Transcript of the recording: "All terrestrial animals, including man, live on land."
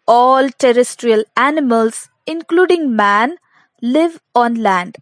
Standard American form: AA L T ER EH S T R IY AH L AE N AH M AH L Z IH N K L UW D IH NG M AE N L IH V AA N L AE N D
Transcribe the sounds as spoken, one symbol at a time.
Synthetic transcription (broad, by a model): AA L T ER EH S T R IY AH L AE N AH M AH L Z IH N K L UW D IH NG M AE N L IH V AA N L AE N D